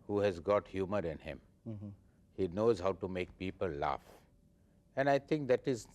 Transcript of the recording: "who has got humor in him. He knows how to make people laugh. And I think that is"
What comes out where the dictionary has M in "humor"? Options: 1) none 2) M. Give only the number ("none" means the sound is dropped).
2